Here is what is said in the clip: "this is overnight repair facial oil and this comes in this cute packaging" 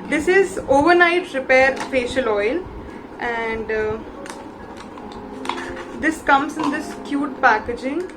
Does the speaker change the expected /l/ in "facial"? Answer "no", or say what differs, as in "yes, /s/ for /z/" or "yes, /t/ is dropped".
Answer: no